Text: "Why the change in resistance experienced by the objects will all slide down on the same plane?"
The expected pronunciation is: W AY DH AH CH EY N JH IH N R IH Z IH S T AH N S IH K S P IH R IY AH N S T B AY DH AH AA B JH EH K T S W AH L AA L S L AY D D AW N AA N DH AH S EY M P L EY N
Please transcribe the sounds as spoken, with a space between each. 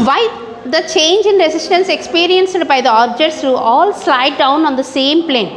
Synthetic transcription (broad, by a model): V AY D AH CH EY N JH IH N R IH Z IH S T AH N S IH K S P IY R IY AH N S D B AY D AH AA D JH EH T S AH AA L S L AY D D AW N AA N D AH S EY M P L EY N